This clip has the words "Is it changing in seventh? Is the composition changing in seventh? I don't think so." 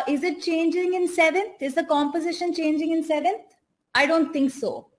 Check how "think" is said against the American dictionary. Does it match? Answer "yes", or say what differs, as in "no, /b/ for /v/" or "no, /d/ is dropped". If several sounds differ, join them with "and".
no, /t/ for /θ/